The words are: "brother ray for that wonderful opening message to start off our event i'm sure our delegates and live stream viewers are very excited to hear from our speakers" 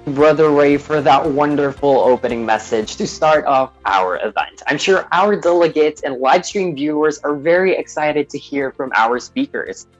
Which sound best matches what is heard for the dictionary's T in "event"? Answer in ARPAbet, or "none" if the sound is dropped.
T